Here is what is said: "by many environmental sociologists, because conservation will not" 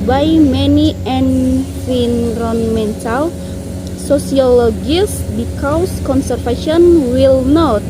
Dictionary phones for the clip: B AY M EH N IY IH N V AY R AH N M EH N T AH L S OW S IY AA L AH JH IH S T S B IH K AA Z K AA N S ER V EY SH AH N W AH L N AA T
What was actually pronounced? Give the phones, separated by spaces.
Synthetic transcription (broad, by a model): B AY M EH N IY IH N F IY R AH N M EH N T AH L S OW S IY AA L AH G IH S S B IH K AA S K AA N S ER F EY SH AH N W AH L N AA T